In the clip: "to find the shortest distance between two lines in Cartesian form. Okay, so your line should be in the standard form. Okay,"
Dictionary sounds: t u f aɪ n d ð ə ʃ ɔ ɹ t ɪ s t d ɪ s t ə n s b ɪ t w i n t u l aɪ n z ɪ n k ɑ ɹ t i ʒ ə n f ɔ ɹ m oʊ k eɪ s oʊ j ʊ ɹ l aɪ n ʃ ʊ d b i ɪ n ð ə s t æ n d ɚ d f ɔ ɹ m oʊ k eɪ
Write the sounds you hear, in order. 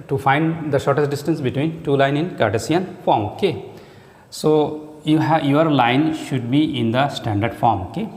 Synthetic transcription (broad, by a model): t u f aɪ n d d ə ʃ ɔ ɹ t ɪ s t d ɪ s t ə n s b ɪ t w i n t u l aɪ n ɪ n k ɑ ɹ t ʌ s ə n f ɔ ɹ m oʊ k eɪ s oʊ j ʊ ɹ l aɪ n ʃ ʊ d b i ɪ n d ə s t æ n d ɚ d f ɔ ɹ m oʊ k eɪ